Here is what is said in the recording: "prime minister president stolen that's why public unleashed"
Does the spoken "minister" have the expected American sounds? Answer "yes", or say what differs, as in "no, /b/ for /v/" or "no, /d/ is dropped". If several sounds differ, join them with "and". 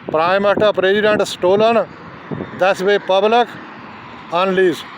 no, /s/ is dropped